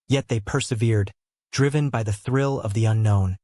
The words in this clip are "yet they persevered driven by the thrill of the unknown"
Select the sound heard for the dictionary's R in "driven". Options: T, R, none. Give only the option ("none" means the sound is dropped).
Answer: R